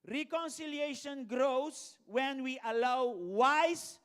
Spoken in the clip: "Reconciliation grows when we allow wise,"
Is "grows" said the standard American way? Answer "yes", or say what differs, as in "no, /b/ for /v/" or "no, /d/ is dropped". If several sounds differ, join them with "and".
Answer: no, /s/ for /z/